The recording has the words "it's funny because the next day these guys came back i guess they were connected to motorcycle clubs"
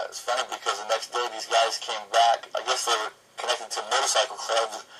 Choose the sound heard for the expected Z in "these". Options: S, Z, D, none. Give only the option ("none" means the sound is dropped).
Z